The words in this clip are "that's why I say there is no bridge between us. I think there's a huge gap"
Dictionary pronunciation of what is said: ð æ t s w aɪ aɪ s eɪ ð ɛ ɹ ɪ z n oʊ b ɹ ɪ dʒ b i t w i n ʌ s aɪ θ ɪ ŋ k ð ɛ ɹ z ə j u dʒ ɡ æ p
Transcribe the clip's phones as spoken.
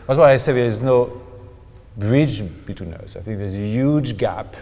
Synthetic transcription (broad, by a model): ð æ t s w aɪ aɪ s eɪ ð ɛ ɪ z n oʊ b ɹ ɪ dʒ b i t w i n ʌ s aɪ θ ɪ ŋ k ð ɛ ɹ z ə j u dʒ ɡ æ p